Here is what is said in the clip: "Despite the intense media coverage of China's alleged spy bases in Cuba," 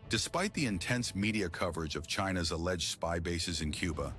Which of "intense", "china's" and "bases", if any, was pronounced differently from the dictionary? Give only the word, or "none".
none